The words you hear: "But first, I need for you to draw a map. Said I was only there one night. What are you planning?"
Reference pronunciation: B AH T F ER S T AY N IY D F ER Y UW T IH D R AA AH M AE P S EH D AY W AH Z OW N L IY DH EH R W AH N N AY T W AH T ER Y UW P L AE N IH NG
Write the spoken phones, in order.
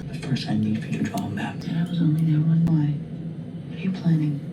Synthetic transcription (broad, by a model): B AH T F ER S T AY N IY D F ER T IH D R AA AH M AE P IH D AY W AH Z OW N L IY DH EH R W AH N L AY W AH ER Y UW P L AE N IH NG